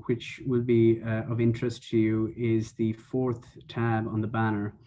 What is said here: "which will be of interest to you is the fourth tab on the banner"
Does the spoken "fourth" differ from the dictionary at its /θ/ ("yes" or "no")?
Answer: no